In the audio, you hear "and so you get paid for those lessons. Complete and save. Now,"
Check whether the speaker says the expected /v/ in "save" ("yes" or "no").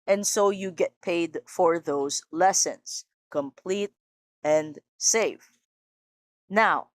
no